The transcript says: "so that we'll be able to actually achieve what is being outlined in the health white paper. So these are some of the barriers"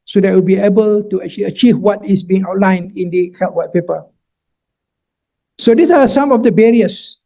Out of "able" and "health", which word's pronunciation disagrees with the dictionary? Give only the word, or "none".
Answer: health